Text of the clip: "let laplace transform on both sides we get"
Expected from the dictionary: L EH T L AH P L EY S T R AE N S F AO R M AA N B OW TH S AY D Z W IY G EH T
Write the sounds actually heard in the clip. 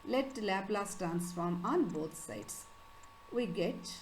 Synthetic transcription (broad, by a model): L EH T L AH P L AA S T R AE N S F AO R M AA N B OW T S AY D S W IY G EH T